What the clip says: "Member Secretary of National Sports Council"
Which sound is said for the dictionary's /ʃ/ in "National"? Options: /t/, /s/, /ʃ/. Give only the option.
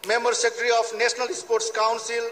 /s/